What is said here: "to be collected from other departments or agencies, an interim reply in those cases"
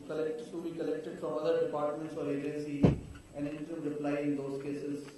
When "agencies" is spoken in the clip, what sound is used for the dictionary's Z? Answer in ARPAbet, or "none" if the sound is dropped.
none